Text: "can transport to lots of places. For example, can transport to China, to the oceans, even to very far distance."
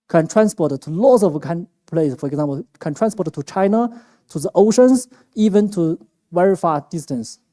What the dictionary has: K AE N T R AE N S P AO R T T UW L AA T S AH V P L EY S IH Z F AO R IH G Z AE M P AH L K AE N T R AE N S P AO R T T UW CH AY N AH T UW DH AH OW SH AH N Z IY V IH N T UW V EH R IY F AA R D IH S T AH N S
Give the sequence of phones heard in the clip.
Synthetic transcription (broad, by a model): K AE N T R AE N S P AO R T T UW L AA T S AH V P L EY IH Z F AO R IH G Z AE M P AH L K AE N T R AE N S P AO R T T UW CH AY N AH T UW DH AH OW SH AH N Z IY V IH N T UW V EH R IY F AA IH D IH S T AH N S